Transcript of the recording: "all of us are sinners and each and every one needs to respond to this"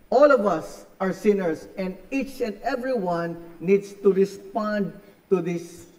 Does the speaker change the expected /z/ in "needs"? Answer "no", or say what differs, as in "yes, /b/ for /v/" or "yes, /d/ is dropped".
yes, /s/ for /z/